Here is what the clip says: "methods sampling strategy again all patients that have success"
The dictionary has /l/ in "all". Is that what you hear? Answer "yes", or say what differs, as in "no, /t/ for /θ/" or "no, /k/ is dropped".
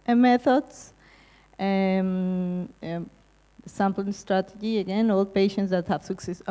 yes